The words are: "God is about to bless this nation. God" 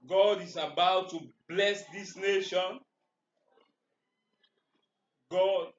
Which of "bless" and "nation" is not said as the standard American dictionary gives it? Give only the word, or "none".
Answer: none